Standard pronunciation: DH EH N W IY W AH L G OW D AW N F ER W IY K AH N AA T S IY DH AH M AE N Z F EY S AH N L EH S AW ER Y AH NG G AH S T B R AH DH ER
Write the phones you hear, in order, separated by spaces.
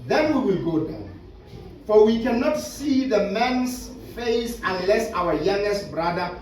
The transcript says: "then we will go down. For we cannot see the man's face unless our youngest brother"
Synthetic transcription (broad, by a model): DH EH N W IY W AH L G OW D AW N F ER W IY K AH N AA T S IY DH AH M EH N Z F EY S AH N L EH S AW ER Y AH NG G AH S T B R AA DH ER